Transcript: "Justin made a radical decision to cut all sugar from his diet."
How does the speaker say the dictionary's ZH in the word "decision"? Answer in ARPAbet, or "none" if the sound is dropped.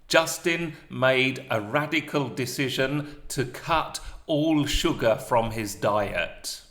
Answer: ZH